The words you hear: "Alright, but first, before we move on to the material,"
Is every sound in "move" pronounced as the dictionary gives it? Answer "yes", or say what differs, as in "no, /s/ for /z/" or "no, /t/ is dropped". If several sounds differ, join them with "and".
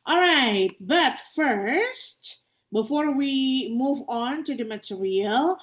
yes